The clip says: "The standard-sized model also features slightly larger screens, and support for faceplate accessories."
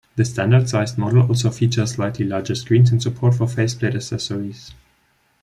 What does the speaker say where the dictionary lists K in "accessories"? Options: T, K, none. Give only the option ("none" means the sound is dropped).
none